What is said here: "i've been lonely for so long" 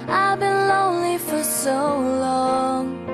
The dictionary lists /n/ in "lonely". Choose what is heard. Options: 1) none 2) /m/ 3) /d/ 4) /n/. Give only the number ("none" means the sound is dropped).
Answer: 4